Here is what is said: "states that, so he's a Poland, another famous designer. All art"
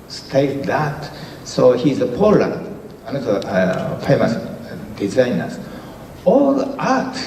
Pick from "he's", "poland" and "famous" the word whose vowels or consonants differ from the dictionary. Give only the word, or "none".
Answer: poland